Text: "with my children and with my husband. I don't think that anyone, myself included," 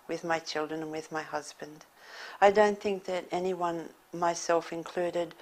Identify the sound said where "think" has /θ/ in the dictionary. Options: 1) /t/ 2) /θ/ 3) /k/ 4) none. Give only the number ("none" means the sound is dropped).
2